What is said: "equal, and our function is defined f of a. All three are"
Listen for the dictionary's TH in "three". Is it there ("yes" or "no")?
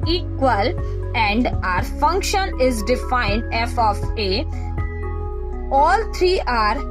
no